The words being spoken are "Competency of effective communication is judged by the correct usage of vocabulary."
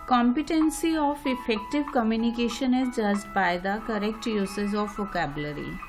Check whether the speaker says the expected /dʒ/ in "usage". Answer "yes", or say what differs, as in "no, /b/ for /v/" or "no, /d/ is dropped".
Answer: no, /z/ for /dʒ/